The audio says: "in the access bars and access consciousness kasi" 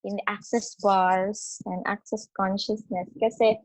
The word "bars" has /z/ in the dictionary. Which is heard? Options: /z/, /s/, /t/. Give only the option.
/s/